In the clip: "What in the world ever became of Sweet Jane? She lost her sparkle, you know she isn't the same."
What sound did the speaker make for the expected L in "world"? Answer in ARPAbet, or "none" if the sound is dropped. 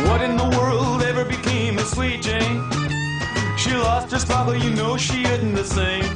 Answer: L